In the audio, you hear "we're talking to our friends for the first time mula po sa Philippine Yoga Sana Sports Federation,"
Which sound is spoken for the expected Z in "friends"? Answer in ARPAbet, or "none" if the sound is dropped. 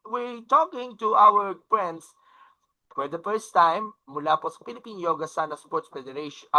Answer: S